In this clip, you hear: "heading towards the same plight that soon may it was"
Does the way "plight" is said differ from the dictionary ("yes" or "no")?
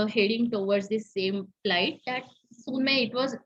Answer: yes